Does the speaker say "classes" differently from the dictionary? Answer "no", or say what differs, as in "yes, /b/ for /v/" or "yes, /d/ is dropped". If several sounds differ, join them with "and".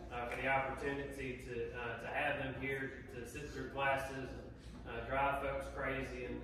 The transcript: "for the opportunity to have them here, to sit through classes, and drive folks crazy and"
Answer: no